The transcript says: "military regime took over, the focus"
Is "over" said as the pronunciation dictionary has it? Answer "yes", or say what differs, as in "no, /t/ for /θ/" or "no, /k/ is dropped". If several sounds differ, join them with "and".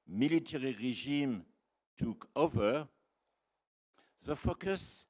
yes